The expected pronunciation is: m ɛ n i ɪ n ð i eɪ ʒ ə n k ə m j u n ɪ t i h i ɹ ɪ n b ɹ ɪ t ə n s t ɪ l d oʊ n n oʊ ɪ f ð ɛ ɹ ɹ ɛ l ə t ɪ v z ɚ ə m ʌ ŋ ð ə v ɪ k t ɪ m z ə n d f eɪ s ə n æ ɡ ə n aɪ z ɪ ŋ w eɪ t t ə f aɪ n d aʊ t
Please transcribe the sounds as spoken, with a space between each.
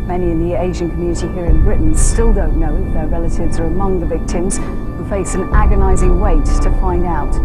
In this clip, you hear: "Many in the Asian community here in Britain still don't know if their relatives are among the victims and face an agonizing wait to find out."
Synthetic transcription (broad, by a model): m ɛ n i ɪ n ð i eɪ ʒ ə n k ə m j u n ɪ t i h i ɹ ɪ n b ɹ ɪ t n s t ɪ l d oʊ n n oʊ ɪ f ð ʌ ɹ ɹ ɛ l ə t ɪ v z ɚ ə m ʌ ŋ ð ə v ɪ k t ɪ m z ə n f eɪ s ə n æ ɡ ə n aɪ z ɪ ŋ w eɪ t t ə f aɪ n d aʊ t